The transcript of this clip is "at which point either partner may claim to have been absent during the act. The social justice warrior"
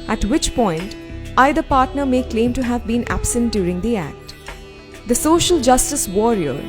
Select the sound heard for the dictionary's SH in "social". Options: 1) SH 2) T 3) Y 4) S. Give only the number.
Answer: 1